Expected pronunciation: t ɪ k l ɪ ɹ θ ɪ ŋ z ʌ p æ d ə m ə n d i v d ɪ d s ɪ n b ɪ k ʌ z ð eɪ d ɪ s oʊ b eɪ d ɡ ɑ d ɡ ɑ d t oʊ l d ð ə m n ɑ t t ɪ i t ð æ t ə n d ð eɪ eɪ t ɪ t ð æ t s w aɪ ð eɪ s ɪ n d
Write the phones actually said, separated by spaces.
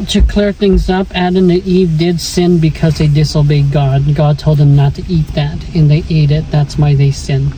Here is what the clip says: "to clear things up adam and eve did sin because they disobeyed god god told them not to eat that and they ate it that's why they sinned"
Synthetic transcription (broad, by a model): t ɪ k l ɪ ɹ θ ɪ ŋ z ʌ p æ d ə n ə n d i v d ɪ d s ɪ n b ɪ k ʌ z ð eɪ d ɪ s oʊ b eɪ d ɡ ɑ d ɡ ɑ d t oʊ l d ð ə m n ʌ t t ɪ i t ð æ t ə n ð eɪ eɪ t ɪ t ð æ t s w aɪ ð eɪ s ɪ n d